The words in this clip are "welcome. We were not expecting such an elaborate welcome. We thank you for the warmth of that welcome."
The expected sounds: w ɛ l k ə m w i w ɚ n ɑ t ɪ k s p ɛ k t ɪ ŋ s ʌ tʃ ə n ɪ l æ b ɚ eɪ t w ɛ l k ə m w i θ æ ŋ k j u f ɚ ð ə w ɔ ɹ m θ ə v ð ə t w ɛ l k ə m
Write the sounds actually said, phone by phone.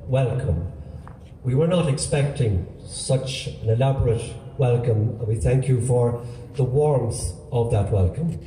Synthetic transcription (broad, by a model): w ɛ l k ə m w i w ɚ n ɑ t ɪ k s p ɛ k t ɪ ŋ s ʌ tʃ ə n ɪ l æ b ɚ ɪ t w ɛ l k ə m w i θ æ ŋ k j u f ɚ ð ə w ɔ ɹ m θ ə v ð ə t w ɛ l k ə m